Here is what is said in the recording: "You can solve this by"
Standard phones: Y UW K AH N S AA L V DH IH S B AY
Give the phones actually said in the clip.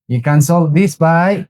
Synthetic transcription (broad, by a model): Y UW K AH N S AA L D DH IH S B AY